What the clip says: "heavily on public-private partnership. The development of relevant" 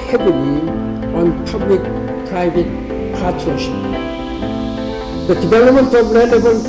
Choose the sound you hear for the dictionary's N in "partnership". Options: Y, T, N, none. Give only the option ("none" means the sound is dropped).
none